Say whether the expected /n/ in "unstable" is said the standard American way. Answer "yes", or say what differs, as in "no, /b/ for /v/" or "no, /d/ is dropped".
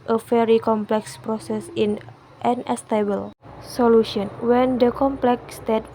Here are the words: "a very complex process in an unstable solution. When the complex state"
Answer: no, /n/ is dropped